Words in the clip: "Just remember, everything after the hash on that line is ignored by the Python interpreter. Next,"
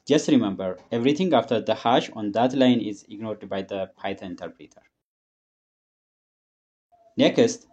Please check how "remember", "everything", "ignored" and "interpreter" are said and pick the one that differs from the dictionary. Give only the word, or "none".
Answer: everything